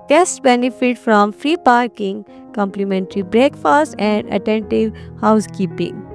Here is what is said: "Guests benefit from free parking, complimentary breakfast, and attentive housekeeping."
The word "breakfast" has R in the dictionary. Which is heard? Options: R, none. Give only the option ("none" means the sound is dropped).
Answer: R